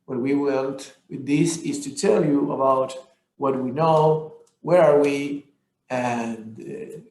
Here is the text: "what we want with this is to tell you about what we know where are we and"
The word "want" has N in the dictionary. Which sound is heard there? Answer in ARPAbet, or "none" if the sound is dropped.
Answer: L